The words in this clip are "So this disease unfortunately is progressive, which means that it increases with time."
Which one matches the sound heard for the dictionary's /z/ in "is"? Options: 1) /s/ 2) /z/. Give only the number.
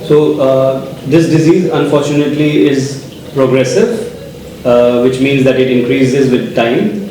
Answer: 2